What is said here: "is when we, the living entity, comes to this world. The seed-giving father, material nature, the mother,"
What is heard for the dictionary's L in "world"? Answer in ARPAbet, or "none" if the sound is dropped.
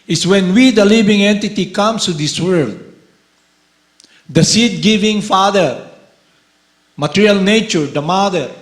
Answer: L